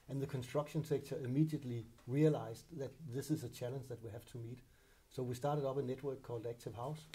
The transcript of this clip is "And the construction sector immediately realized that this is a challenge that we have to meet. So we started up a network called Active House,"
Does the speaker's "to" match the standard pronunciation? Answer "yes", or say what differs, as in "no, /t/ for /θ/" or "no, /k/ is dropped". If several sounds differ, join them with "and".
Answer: yes